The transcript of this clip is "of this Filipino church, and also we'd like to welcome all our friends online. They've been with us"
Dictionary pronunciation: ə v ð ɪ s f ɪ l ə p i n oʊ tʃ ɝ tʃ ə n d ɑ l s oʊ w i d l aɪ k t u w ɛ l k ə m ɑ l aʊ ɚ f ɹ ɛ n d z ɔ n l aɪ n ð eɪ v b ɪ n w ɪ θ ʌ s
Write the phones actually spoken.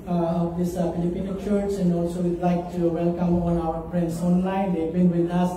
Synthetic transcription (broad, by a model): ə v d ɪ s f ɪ l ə p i n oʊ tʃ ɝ s ə n d ɑ l s oʊ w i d l aɪ k t u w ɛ l k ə m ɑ n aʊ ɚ p ɹ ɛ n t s ɔ n l aɪ n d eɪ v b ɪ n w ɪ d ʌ s